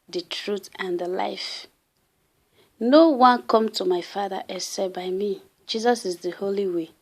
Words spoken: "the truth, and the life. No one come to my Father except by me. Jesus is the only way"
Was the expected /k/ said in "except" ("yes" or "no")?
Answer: no